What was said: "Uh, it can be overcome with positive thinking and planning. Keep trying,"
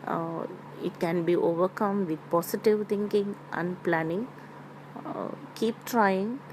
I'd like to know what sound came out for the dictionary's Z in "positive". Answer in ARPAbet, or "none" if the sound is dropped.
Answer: S